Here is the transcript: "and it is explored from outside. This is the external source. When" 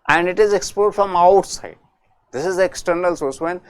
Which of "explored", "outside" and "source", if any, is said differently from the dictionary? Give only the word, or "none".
explored